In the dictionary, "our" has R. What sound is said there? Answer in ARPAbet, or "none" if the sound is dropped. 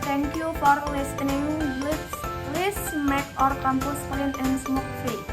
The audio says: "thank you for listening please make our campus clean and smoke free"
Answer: R